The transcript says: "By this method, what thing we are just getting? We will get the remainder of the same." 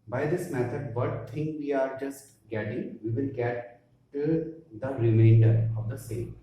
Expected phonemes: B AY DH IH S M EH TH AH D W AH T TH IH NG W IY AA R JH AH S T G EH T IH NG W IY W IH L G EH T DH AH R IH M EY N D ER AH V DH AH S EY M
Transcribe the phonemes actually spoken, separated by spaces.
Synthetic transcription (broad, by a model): B AY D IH S M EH T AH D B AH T T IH NG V IY AA R JH AH S T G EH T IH NG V IY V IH L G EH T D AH R IH M EY N D ER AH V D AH S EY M